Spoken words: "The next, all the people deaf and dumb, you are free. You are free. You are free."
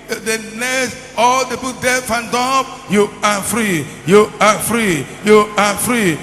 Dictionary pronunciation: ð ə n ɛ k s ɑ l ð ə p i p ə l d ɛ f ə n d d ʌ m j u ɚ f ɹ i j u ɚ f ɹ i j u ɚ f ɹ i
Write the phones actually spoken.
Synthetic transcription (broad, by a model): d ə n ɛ s ɑ l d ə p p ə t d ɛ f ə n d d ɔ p j u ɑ f ɹ i j u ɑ f ɹ i j u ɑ f ɹ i